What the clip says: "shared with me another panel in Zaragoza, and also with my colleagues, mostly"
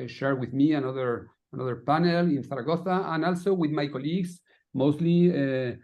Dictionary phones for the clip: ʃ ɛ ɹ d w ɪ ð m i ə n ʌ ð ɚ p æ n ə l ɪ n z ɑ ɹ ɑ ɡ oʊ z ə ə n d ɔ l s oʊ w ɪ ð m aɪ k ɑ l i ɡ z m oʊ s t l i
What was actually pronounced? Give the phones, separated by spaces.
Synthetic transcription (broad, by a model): ʃ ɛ ɹ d w ɪ ð m i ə n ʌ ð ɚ p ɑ n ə l ɪ n s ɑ ɹ ɑ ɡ oʊ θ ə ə n ɔ l s oʊ w ɪ ð m aɪ k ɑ l i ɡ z m oʊ s t l i